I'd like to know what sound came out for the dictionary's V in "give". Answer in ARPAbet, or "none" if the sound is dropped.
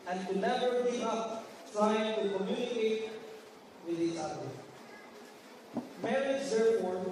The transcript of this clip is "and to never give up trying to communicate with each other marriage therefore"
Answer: none